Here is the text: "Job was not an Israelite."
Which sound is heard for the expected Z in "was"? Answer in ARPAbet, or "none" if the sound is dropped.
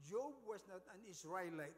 S